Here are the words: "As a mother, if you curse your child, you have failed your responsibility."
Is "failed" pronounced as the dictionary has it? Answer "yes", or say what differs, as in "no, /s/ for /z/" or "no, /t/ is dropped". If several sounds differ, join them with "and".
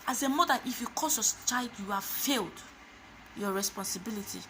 yes